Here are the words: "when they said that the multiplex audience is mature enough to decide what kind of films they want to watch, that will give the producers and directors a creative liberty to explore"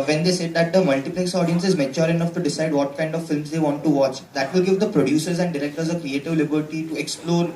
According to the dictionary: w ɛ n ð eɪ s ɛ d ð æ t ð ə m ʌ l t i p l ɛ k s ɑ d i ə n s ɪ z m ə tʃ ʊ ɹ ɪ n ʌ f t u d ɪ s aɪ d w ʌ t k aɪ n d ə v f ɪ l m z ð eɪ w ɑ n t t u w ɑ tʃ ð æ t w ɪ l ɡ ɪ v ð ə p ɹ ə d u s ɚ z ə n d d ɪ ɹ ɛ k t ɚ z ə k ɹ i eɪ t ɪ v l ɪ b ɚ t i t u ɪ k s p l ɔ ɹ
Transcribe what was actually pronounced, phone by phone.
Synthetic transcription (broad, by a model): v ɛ n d eɪ s ɛ d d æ t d ə m ʌ l t i p l ɛ k s ɑ d i ə n s ɪ z m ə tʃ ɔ ɹ ɪ n ʌ f t u d ɪ s aɪ d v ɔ t k aɪ n d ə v f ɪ l m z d eɪ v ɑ n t t u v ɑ tʃ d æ t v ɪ l ɡ ɪ v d ə p ɹ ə d u s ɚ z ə n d d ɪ ɹ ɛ k t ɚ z ə k ɹ i eɪ t ɪ v l ɪ b ɚ t i t u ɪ k s p l ɔ ɹ